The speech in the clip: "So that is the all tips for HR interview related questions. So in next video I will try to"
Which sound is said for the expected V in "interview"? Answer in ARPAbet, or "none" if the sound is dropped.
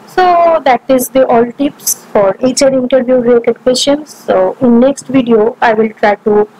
V